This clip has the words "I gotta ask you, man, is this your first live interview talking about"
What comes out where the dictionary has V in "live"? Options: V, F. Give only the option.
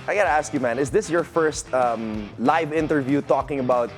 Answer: V